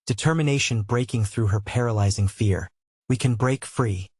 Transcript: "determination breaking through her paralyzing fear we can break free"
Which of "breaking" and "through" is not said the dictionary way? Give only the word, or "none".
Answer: none